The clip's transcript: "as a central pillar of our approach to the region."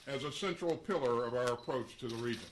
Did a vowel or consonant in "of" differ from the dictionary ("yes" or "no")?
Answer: no